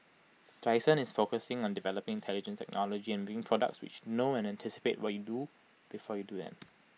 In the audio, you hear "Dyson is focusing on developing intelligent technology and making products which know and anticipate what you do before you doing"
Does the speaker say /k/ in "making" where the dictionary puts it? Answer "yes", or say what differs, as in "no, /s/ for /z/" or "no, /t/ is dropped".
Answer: no, /k/ is dropped